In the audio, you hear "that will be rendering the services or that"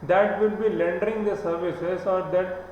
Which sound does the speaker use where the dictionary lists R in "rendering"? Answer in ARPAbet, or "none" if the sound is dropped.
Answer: L